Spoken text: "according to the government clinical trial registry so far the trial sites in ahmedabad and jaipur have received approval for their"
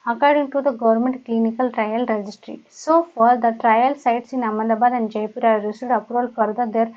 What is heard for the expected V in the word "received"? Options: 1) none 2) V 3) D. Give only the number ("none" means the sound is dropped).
1